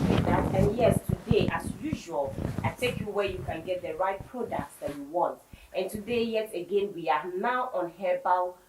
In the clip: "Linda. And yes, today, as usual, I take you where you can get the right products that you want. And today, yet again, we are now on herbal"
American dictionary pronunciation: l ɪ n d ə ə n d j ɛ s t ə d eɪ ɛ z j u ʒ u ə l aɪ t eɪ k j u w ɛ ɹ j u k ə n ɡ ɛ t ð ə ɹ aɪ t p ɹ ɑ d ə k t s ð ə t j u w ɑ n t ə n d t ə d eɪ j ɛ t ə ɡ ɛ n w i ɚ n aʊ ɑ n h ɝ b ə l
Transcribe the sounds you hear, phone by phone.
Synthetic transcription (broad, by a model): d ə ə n j ɛ s t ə d eɪ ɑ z j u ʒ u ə l aɪ t eɪ k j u w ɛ j u k ə n ɡ ɛ t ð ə ɹ aɪ t p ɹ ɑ d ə k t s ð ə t j u w ɑ n t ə n t ə d eɪ j ɛ t ə ɡ ɛ n w i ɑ n aʊ ɑ n h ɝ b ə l